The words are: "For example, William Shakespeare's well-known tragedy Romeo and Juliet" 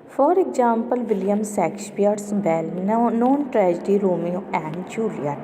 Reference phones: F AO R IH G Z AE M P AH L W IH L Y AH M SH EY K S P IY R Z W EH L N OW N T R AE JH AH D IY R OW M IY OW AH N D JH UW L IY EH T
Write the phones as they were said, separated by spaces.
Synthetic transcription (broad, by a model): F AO R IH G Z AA M P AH L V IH L Y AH M S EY K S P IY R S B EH L N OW N T R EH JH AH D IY R OW M IY OW AH N D JH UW L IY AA